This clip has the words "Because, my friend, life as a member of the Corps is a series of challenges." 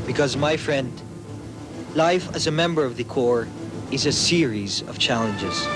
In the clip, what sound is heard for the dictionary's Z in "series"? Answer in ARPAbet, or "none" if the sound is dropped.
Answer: Z